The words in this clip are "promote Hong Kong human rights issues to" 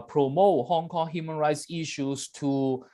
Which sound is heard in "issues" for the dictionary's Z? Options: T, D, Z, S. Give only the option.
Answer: S